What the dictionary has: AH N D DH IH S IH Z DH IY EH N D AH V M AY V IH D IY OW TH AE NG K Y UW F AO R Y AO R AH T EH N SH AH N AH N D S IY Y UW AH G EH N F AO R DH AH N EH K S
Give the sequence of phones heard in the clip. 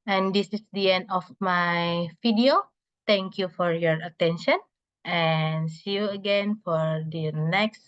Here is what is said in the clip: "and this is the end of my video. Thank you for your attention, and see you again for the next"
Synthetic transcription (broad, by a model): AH N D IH S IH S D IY EH N D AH F M AY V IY D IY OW T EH NG K Y UW F AO R Y AO R AH T EH N SH AH N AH N S IY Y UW AH G EH N F AO R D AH N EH K S